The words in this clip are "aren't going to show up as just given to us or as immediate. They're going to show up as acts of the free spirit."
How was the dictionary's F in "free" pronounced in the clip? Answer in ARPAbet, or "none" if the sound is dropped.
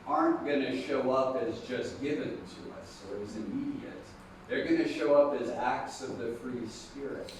F